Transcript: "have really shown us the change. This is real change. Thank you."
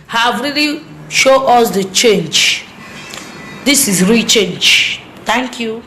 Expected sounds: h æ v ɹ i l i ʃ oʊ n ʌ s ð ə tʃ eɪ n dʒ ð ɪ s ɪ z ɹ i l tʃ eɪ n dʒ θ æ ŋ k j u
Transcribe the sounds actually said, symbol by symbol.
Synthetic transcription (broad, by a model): h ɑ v ɹ i l i ʃ oʊ ʌ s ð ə tʃ eɪ n dʒ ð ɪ s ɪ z ɹ i l tʃ eɪ n dʒ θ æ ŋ k j u